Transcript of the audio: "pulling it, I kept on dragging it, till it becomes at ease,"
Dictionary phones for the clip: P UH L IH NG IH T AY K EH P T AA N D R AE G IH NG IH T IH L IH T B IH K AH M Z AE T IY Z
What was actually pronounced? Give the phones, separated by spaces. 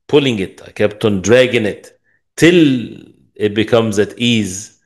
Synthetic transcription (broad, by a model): P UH L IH NG IH T AY K EH P T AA N D R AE G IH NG IH T IH L IH T B IH K AH M Z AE T IY Z